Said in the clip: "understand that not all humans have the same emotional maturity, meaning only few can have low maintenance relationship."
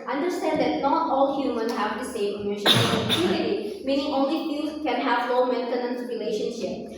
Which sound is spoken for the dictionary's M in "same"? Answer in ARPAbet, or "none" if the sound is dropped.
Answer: none